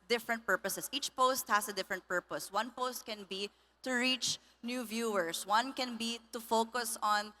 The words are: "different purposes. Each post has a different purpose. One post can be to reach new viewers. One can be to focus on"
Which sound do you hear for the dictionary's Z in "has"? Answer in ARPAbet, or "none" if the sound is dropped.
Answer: S